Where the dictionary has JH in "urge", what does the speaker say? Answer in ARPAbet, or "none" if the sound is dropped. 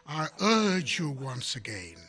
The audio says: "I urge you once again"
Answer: JH